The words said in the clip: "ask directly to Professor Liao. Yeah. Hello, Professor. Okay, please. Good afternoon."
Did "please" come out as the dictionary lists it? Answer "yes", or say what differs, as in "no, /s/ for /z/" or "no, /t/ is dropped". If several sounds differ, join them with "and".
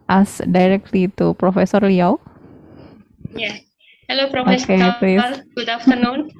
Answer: no, /z/ is dropped